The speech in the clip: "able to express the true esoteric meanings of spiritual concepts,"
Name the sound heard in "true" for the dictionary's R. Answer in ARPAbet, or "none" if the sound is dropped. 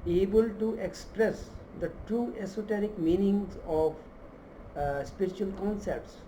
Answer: none